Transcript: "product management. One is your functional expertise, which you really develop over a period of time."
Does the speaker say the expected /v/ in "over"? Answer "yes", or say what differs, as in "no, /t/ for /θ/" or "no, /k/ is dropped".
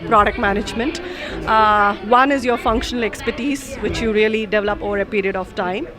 yes